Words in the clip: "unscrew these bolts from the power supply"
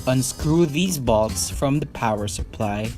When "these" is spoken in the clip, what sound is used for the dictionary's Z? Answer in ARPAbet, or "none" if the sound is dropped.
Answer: Z